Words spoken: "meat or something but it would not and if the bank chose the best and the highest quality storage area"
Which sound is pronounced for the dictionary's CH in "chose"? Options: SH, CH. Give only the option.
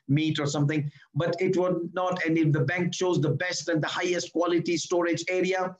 CH